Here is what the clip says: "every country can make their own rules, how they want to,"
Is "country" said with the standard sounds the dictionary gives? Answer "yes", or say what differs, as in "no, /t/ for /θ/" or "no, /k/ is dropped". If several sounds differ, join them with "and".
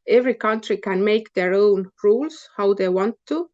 yes